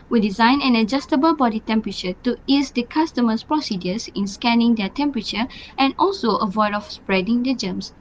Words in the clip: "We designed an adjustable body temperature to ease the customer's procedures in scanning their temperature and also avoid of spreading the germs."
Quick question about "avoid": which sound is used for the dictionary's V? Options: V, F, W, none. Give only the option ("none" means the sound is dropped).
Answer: V